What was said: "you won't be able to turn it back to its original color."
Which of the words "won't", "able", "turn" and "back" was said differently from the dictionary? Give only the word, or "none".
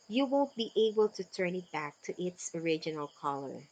none